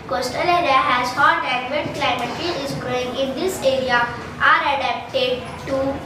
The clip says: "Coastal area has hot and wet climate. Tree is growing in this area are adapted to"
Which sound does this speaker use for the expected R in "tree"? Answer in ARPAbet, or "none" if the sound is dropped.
none